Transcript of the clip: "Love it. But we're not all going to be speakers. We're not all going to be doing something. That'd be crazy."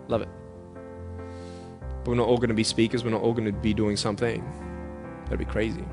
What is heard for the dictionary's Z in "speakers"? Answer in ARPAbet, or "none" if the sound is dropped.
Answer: Z